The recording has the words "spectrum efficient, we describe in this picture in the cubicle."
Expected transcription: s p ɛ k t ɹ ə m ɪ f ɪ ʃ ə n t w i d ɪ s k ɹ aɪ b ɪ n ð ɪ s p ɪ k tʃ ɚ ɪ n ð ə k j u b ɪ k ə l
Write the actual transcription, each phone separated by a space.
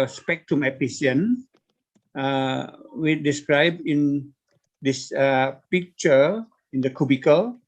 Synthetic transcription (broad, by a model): s p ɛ k t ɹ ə m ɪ p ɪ s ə n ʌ w i d ɪ s k ɹ aɪ b ɪ n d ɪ s p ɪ k tʃ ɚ ɪ n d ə k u b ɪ k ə l